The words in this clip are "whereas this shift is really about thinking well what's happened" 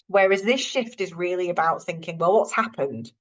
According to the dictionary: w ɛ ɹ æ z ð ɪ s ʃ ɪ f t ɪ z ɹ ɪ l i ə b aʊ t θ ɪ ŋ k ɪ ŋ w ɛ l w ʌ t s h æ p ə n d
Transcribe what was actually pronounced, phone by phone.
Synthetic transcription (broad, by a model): w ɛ ɹ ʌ z ð ɪ s ʃ ɪ f t ɪ z ɹ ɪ l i ə b aʊ t θ ɪ ŋ k ɪ ŋ w ɛ l w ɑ t s h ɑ p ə n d